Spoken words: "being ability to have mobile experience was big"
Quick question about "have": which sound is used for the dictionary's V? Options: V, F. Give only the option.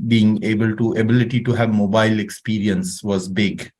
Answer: V